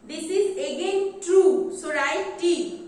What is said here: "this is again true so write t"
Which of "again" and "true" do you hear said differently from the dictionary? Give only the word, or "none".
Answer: none